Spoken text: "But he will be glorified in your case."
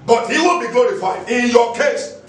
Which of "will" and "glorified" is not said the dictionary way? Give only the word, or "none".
will